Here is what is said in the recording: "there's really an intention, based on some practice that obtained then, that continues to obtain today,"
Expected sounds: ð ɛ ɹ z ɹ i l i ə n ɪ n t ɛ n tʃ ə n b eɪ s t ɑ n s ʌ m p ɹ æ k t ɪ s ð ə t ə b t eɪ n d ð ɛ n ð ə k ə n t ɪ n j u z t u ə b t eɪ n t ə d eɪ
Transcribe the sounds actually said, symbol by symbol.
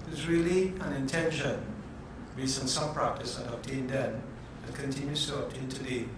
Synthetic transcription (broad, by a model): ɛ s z ɹ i l i ə n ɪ n t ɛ n ʃ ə n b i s ʌ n s ʌ m p ɹ æ k t ɪ s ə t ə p t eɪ n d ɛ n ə k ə n t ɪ n j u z t u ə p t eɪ n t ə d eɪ